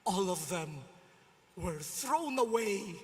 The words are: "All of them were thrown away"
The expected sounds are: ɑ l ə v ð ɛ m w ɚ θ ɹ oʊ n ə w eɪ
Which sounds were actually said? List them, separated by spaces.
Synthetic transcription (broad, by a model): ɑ l ə v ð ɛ m w ɚ θ ɹ oʊ n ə w eɪ